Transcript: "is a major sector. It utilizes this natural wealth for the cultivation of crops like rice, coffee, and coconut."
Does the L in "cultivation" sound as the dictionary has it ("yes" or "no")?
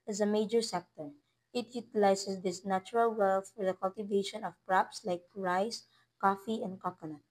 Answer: yes